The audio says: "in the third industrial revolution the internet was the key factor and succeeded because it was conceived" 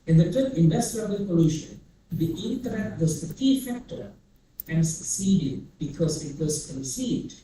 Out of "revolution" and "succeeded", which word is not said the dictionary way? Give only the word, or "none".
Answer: revolution